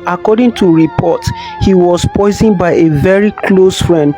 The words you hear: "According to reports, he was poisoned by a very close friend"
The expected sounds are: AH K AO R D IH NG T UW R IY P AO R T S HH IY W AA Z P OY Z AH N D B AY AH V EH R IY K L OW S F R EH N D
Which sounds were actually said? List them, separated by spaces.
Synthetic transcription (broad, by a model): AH K AO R D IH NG T UW R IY P AO T HH IY W AA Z P OY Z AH N B AY AH V EH R IY K L OW S F R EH N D